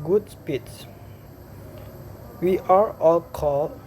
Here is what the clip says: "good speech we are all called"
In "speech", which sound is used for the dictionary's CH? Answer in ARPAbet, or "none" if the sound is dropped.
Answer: S